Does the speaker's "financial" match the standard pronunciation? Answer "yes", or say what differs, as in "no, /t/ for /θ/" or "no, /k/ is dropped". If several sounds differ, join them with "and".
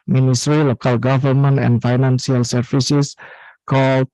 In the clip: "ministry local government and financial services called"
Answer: no, /s/ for /ʃ/